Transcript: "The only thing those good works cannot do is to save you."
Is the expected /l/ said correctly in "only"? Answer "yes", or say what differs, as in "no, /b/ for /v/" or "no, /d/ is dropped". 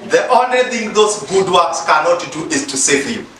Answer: yes